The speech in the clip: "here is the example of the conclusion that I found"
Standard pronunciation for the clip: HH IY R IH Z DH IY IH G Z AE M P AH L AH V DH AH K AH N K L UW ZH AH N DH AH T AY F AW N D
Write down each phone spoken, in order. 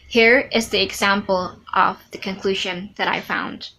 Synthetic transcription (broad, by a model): HH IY R IH Z DH IY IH G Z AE M P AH L AH V DH AH K AH N K L UW ZH AH N DH AH T AY F AW N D